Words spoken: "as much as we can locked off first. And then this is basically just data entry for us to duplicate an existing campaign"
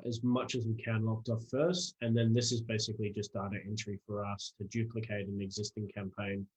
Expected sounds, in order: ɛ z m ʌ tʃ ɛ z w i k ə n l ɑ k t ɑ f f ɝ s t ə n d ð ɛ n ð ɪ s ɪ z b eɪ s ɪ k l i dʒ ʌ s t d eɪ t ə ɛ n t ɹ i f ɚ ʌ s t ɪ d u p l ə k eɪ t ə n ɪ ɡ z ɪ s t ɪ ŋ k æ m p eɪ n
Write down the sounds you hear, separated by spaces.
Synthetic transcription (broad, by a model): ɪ z m ʌ tʃ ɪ z w i k ə n l ɑ k t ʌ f f ɝ s t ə n ð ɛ n ð ɪ s ɪ z b eɪ s ɪ k l i dʒ ʌ s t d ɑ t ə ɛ n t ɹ i f ɚ ʌ s t ɪ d u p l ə k eɪ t ə n ɪ ɡ z ɪ s t ɪ ŋ k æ m p eɪ n